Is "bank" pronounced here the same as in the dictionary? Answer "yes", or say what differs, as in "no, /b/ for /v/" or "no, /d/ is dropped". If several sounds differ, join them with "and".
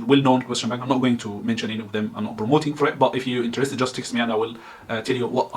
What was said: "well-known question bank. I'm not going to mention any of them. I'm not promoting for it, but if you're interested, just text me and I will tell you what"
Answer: no, /ŋ/ is dropped